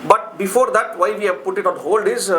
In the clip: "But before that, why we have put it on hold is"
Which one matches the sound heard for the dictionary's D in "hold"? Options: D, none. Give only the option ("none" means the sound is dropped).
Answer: D